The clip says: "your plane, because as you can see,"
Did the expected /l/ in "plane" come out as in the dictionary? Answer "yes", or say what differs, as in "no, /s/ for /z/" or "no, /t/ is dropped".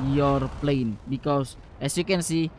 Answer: yes